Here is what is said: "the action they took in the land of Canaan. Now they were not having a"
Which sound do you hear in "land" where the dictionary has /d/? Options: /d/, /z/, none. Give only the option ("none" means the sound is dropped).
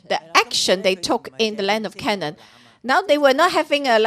/d/